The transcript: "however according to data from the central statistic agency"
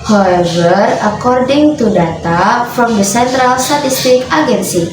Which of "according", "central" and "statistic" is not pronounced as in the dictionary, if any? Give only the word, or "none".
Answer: none